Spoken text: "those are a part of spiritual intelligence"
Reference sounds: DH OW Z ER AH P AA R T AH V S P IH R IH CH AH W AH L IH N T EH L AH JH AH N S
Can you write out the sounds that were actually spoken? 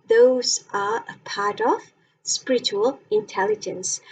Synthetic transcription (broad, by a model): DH OW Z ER AH P AA R T AH V S P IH R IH CH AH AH L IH N T EH L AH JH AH N S